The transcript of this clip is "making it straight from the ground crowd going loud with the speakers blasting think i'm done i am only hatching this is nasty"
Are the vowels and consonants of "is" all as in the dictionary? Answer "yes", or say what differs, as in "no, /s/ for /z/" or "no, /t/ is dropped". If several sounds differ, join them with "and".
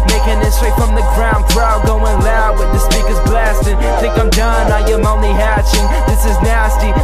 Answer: yes